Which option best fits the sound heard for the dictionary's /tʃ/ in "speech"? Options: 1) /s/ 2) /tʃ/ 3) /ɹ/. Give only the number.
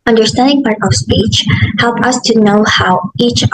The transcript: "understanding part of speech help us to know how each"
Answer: 2